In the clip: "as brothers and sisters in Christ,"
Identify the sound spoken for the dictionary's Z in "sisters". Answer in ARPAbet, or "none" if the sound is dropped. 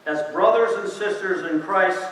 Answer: Z